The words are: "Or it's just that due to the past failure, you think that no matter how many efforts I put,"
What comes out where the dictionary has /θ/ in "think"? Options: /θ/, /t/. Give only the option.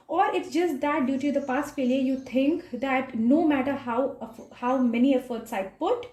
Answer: /t/